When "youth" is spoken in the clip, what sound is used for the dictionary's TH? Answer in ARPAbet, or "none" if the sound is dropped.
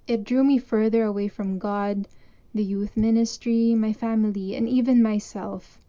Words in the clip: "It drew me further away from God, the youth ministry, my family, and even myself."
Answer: TH